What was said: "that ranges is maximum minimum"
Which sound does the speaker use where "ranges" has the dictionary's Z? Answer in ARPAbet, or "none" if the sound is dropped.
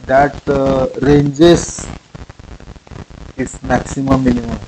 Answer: S